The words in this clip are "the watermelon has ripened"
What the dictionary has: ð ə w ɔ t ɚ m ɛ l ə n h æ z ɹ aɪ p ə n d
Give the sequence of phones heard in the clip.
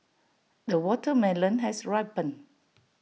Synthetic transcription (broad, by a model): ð ə w ɔ t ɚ m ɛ l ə n h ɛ s ɹ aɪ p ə n